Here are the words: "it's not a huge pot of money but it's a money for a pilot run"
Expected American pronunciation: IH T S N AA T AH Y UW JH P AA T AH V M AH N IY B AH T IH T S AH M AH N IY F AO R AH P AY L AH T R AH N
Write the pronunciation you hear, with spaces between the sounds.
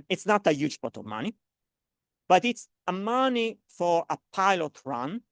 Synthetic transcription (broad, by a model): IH T S N AA T AH Y UW JH B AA T AH V M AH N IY B AH T IH T S AH M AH N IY F AO R AH P AY L AH T R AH N